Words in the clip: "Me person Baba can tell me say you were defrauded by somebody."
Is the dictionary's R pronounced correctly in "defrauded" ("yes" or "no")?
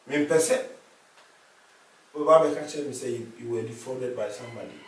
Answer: no